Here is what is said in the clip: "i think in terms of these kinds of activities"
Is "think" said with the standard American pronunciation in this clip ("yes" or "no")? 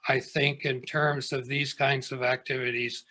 yes